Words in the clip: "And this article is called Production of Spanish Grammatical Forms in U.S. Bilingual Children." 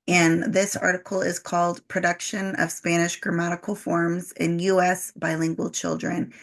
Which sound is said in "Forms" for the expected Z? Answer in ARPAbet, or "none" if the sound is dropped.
Z